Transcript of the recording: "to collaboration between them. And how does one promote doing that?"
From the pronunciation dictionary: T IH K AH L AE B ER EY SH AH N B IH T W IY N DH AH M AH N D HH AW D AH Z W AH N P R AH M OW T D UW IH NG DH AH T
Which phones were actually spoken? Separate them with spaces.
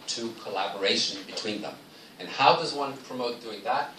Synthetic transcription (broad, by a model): T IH K AH L AE B ER EY SH AH N B IH T W IY N DH AH M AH N HH AW D AH Z W AH N P R AH M OW T D UW IH NG DH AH T